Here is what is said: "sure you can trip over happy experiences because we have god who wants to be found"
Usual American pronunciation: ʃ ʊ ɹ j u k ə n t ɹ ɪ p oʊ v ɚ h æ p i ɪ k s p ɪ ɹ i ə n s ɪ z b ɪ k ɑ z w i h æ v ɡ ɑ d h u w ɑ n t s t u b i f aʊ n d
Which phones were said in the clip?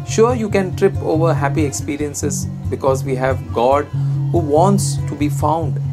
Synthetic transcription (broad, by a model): ʃ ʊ ɹ j u k ə n t ɹ ɪ p oʊ v ɚ h æ p i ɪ k s p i ɹ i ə n s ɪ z b ɪ k ɑ z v i h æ v ɡ ɑ d h u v ɑ n t s t u b i f aʊ n d